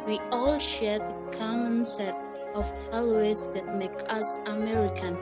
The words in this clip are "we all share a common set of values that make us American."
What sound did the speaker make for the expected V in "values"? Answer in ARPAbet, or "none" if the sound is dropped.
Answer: F